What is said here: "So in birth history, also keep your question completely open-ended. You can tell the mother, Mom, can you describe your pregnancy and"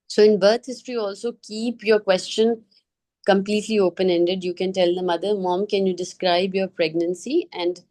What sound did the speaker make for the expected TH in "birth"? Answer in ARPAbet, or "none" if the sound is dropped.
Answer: T